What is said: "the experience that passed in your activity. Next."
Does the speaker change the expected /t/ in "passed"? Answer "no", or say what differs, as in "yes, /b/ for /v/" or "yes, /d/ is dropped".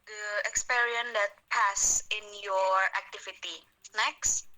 yes, /t/ is dropped